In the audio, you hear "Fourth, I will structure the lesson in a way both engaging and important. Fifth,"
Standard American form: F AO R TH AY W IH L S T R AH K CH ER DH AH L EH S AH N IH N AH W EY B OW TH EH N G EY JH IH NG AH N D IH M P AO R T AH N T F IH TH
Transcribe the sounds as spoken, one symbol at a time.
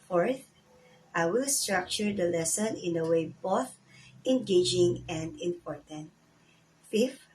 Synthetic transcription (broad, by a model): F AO R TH AY W IH L S T R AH K CH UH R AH L EH S AH N IH N AH W EY B OW TH EH N G EY JH IH NG AH N D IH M P AO R T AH N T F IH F